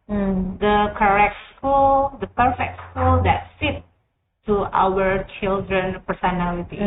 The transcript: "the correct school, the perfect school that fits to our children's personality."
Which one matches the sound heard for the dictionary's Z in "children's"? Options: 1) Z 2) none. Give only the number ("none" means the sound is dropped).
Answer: 2